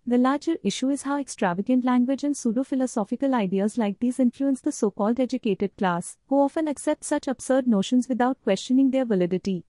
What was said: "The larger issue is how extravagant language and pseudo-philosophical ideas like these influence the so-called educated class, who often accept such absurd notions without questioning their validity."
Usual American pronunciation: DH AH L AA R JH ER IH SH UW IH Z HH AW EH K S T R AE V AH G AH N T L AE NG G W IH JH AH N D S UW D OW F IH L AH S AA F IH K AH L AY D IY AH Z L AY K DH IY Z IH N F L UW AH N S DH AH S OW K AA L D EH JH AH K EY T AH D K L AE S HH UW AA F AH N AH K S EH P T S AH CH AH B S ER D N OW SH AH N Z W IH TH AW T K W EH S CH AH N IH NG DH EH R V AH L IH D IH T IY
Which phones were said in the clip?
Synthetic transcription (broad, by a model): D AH L AA R JH ER IH SH UW IH Z HH AW EH K S T R AE V AH G AH N T L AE NG G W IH JH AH N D S UW D OW F IH L AH S AA F IH K AH L AY D IY AH Z L AY K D IY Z IH N F L UW AH N S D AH S OW K AA L D EH JH AH K EY T AH D K L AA S HH UW AA F AH N AH K S EH P T S AH CH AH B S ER D N OW SH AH N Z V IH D AW T K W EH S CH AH N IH NG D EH R V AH L IH D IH T IY